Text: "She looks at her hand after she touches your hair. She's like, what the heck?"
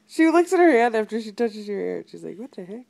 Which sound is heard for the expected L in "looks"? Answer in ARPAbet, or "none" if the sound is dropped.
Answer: L